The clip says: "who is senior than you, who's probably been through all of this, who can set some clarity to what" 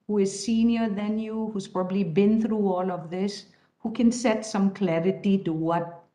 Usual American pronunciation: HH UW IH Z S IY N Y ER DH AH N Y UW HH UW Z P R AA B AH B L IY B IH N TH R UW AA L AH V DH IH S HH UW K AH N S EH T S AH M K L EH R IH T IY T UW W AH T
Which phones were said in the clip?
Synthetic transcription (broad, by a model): HH UW IH Z S IY N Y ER DH AH N Y UW HH UW Z P R AA B AH B L IY B IH N TH R UW AA L AH V DH IH S HH UW K AH N S EH T S AH M K L EH R IH T IY T UW W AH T